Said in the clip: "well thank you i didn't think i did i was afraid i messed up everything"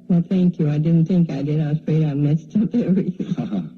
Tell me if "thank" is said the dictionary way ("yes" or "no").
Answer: yes